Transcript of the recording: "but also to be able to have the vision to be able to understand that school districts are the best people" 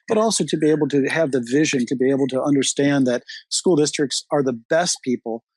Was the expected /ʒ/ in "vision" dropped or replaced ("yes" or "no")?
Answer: no